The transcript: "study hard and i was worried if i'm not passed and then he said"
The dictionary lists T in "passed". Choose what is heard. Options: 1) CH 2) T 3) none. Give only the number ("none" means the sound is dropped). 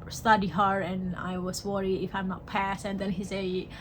3